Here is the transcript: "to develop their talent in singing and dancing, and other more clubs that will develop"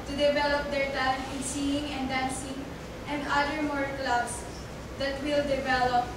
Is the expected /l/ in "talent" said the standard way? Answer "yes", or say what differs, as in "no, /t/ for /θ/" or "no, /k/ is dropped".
no, /l/ is dropped